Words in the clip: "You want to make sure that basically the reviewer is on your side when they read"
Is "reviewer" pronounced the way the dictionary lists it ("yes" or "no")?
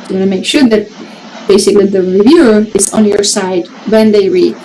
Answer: yes